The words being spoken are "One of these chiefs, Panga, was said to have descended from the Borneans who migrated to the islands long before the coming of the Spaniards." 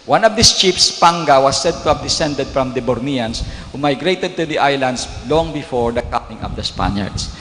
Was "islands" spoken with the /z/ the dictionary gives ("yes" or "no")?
no